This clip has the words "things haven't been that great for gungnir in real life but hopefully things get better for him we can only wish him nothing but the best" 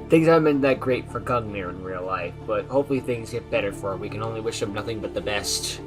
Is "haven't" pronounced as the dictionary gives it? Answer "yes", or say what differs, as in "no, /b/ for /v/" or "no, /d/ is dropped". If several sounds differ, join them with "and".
no, /v/ is dropped